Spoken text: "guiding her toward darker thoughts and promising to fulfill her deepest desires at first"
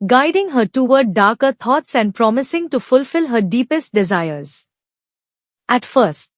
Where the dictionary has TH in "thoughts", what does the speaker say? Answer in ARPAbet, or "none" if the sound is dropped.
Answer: T